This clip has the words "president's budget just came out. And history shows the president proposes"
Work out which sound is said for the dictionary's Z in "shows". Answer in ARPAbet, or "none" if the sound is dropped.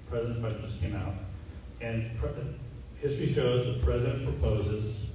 Z